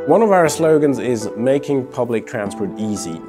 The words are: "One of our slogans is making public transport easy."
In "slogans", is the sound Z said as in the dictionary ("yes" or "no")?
yes